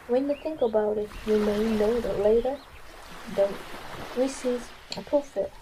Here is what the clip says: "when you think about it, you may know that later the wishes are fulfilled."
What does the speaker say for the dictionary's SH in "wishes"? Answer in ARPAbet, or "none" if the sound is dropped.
S